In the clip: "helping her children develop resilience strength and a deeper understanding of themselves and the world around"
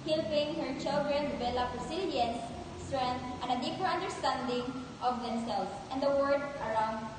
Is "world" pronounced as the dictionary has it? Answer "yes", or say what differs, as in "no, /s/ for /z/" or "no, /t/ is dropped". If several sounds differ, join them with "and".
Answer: no, /l/ is dropped